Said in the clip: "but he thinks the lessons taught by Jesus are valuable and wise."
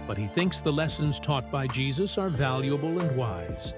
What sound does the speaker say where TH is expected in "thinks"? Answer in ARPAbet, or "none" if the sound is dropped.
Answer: TH